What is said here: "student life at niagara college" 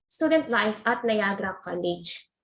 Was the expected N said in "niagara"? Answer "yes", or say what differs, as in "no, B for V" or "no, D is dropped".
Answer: no, L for N